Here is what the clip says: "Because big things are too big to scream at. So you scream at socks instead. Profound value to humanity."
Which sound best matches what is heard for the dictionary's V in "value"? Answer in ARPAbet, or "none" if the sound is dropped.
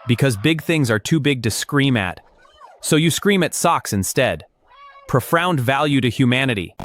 V